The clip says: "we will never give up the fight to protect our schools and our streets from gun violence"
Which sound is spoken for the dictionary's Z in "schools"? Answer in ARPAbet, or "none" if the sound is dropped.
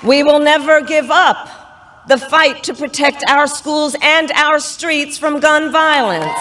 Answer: Z